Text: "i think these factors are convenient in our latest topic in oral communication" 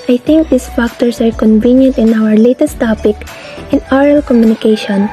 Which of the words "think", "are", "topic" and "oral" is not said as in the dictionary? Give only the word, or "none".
think